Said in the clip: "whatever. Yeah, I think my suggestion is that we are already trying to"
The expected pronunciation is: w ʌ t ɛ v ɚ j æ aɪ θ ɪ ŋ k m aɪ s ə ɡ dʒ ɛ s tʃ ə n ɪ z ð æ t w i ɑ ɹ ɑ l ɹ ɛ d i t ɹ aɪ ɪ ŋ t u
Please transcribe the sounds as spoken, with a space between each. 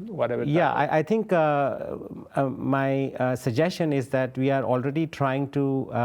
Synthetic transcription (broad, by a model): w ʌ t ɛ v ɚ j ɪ aɪ t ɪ ŋ k m aɪ s ə ɡ dʒ ɛ s tʃ ə n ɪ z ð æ t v i ɑ ɹ ɑ l ɹ ɛ d i t ɹ aɪ ɪ ŋ t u